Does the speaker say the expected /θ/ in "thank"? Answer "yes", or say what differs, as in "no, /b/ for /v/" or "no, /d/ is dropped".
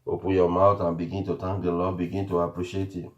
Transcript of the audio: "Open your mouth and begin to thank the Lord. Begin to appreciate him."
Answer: no, /t/ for /θ/